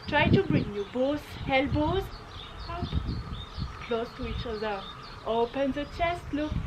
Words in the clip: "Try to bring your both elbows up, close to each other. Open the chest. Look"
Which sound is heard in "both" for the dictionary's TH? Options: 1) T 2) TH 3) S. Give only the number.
3